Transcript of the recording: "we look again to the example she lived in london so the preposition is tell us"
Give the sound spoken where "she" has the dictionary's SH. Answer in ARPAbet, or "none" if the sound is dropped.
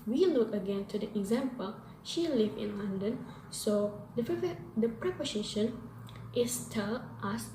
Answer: SH